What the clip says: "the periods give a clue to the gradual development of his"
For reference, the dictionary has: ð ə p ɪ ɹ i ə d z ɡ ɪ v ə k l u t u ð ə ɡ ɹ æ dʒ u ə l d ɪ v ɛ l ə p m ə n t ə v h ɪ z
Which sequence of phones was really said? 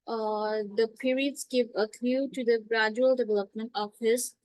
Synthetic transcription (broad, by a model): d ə p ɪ ɹ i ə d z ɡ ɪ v ə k u t u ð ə ɡ ɹ æ dʒ u ə l d ɪ v ɛ l ə p m ə n t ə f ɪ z